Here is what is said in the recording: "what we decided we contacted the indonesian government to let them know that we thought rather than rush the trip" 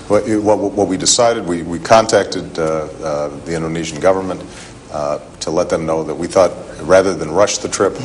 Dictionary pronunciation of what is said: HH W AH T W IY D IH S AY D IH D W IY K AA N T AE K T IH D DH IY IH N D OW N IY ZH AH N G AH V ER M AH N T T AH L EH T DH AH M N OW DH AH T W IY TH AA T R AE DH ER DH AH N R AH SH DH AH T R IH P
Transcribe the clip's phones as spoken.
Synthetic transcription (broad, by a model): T W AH T W IY D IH S AY D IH D W IY K AA N T AE K T IH D DH IY IH N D OW N IY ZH N G AH V ER M AH N T T AH L EH T DH AH M N OW DH AH T W IY TH AA T R AE DH ER DH AH N R AH SH DH AH T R IH P